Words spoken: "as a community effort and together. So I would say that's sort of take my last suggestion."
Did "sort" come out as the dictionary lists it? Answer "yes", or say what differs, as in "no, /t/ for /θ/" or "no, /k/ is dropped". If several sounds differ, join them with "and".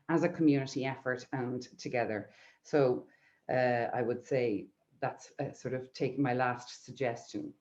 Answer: yes